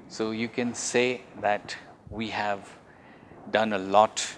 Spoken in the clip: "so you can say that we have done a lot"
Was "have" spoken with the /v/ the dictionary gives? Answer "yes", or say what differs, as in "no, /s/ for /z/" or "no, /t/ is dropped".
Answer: yes